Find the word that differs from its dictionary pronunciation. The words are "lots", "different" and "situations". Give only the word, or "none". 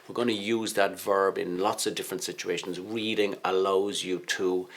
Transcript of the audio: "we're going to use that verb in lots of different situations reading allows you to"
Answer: none